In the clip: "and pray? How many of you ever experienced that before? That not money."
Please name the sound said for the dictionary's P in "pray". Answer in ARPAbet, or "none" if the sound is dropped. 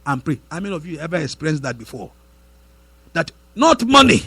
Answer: P